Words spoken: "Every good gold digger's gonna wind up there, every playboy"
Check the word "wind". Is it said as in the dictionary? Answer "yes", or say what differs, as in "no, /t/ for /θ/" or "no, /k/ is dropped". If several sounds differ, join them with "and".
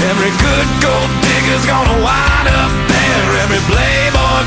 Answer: no, /d/ is dropped